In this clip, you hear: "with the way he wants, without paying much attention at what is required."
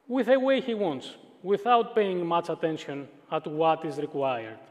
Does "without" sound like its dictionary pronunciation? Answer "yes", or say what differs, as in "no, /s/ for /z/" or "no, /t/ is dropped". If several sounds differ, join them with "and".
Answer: yes